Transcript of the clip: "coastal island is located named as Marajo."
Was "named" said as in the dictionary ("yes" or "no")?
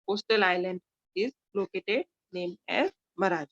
no